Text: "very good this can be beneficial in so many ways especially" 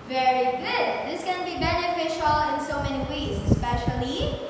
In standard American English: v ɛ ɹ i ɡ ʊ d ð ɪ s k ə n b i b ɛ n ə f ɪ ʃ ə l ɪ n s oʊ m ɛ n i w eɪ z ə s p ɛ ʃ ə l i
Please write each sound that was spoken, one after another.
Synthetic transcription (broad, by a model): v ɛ ɹ i ɡ ʊ d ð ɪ s k ə n b i b ɛ n ə f ɪ ʃ ə l ɪ n s oʊ m ɛ n i w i s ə s p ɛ ʃ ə l i